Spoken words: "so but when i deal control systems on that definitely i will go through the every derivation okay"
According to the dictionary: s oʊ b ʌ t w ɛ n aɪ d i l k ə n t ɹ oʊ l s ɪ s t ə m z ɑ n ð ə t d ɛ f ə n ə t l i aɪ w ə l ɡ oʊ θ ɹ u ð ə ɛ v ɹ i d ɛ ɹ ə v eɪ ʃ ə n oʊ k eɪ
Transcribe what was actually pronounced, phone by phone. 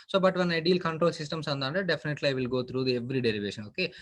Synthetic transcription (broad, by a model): s oʊ b ʌ t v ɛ n aɪ d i l k ə n t ɹ oʊ l s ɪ s t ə m s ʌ n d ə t d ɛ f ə n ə t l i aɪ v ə l ɡ oʊ t ɹ u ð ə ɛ v ɹ i d ɛ ɹ ə v eɪ ʃ ə n oʊ k eɪ